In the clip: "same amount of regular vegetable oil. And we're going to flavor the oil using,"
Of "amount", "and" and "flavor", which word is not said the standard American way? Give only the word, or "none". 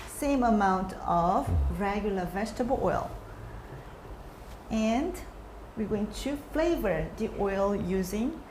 none